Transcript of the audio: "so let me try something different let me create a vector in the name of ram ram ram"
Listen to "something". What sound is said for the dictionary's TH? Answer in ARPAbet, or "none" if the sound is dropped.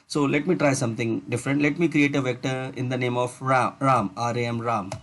T